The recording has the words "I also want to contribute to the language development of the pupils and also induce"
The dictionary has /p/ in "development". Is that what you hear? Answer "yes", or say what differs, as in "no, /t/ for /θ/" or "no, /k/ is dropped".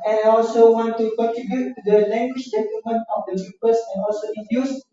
no, /p/ is dropped